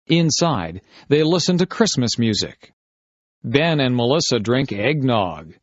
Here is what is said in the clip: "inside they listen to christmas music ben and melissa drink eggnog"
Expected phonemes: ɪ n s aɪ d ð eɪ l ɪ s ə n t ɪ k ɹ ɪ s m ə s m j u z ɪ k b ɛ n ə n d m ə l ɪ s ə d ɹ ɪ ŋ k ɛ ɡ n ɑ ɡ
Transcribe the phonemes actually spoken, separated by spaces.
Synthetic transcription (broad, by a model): ɪ n s aɪ d ð eɪ l ɪ s ə n t ɪ k ɹ ɪ s m ə s m j u z ɪ k b ɛ n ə n m ə l ɪ s ə d ɹ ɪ ŋ k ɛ ɡ n ɑ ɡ